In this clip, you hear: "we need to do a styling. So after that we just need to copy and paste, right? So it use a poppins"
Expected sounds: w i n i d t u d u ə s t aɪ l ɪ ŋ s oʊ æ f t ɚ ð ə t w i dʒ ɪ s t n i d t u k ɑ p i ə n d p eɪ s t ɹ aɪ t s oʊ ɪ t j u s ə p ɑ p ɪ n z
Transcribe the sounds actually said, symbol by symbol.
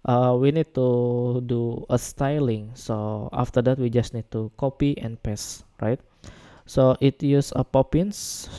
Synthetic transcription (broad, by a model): w i n i d t u d u ə s t aɪ l ɪ ŋ s oʊ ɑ f t ɚ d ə t w i dʒ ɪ s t n i d t u k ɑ p i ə n p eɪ s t ɹ aɪ t s oʊ ɪ t j u s ə p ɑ p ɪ n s